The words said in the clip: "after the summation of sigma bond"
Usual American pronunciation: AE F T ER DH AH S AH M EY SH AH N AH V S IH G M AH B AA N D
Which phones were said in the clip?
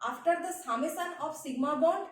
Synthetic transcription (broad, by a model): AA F T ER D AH S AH M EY S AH N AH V S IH G M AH B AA N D